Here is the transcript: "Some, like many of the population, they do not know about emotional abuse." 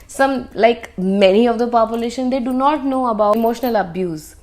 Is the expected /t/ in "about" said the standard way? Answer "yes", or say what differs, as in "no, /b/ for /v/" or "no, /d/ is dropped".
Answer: no, /t/ is dropped